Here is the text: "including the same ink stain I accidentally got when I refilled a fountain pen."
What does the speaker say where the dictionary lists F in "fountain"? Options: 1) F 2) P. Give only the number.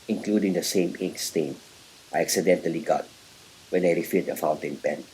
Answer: 1